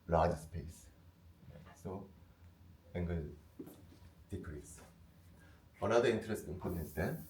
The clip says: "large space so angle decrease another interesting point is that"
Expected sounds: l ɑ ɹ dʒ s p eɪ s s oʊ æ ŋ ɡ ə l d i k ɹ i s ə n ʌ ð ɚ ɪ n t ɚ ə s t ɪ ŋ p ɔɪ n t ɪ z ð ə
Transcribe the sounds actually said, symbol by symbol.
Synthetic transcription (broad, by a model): l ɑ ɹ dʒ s p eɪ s s oʊ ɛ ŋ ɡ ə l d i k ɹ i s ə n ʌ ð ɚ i n t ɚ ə s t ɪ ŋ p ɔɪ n ɪ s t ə